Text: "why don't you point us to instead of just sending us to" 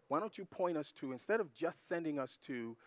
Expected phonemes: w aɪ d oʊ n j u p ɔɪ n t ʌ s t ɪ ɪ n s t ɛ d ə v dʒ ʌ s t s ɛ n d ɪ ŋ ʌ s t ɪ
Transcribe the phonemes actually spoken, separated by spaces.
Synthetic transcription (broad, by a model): w aɪ d oʊ n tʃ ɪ p ɔɪ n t ʌ s t ɪ ɪ n s t ɛ d ə v dʒ ʌ s t s ɛ n d ɪ ŋ ʌ s t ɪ